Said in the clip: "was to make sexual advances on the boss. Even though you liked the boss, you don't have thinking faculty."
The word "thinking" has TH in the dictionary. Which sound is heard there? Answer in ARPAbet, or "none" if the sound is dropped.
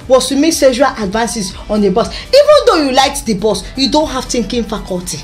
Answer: T